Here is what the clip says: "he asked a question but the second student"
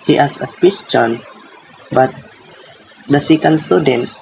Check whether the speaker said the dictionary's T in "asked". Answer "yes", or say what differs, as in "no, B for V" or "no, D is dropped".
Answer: no, T is dropped